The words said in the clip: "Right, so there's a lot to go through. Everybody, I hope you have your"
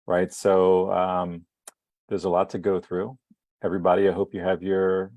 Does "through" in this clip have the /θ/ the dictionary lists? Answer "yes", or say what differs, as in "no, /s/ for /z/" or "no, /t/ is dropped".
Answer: yes